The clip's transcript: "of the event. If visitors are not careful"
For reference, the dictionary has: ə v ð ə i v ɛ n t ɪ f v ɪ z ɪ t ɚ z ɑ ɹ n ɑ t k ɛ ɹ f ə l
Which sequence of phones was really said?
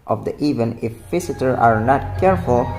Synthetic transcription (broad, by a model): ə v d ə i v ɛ n ɪ f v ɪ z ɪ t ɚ ɑ ɹ n ɑ t k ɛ ɹ f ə l